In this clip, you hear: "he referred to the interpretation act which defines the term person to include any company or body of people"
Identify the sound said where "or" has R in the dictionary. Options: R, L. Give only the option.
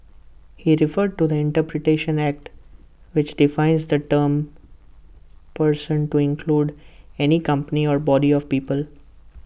R